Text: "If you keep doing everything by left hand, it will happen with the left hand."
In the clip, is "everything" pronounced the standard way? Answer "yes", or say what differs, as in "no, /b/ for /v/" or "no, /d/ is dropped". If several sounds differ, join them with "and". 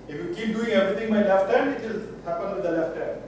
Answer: no, /t/ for /θ/